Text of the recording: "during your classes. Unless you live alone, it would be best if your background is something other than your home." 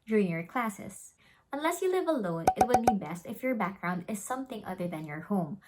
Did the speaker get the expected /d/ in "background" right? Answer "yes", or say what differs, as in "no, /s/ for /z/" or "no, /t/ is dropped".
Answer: yes